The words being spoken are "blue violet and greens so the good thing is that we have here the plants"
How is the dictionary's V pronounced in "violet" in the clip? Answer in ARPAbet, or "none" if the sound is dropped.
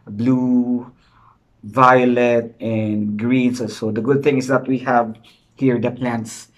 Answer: V